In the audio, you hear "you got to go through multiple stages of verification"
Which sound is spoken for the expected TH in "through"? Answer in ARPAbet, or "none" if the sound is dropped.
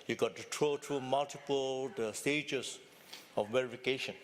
T